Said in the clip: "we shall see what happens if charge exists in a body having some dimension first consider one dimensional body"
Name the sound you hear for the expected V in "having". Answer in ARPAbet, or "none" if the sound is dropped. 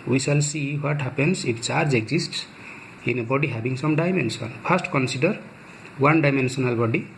B